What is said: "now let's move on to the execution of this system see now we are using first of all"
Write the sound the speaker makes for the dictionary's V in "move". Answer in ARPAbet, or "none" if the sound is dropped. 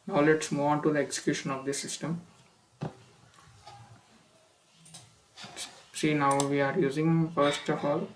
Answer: none